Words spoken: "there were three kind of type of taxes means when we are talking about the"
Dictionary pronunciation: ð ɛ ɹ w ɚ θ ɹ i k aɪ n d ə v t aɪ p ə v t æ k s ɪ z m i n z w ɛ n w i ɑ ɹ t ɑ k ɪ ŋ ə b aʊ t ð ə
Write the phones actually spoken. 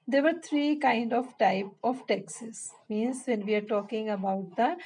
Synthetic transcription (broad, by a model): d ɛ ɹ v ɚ t ɹ i k aɪ n d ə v t aɪ p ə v t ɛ k s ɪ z m i n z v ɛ n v i ɑ ɹ t ɑ k ɪ ŋ ə b aʊ t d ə